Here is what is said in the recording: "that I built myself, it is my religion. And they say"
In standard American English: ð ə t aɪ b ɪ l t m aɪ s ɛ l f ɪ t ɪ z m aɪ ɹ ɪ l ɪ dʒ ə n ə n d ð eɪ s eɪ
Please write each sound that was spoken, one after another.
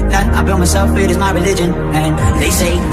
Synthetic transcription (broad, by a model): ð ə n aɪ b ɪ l m aɪ s ɛ l f ɪ t ɪ z m aɪ ɹ ɪ l ɪ dʒ ə n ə n ð eɪ s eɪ